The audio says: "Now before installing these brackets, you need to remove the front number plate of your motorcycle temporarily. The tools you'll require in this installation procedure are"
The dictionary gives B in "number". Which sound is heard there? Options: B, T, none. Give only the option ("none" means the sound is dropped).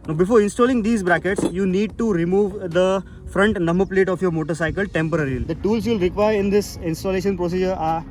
none